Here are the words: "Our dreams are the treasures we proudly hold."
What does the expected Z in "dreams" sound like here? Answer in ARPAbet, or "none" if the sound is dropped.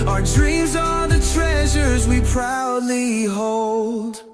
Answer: Z